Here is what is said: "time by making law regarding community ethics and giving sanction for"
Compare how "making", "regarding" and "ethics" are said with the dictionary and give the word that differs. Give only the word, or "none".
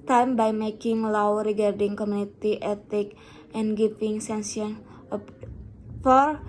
ethics